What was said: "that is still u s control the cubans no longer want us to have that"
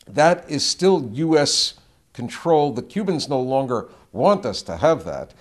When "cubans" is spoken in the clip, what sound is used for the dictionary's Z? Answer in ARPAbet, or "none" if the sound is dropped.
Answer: Z